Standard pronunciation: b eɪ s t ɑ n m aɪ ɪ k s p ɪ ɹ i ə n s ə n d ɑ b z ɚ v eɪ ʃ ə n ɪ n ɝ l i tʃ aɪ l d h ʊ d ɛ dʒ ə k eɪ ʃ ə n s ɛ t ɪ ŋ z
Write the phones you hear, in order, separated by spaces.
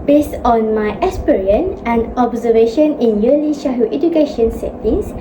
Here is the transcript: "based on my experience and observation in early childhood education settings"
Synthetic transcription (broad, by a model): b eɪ s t ɑ n m aɪ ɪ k s p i ɹ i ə n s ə n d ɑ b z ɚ v eɪ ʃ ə n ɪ n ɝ l i ʃ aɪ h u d ɛ dʒ ə k eɪ ʃ ə n s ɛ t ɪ ŋ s